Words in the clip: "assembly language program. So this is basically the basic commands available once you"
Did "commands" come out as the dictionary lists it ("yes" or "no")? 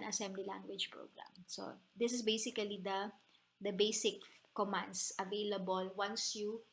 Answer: no